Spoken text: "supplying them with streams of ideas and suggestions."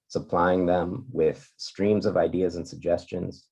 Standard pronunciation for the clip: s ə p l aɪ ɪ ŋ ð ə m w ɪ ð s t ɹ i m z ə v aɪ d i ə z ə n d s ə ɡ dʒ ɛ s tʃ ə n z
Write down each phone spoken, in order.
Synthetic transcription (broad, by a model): s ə p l aɪ ɪ ŋ ð ə m w ɪ ð s t ɹ i m z ə v aɪ d i ə z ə n s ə ɡ dʒ ɛ s tʃ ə n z